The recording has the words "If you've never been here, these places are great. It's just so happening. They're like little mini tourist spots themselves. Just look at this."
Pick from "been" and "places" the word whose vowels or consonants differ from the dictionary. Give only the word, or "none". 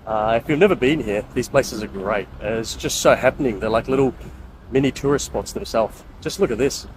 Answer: none